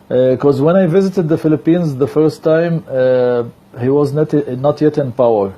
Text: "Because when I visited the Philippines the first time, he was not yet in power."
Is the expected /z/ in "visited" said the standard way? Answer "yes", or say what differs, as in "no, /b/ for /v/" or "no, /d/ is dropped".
yes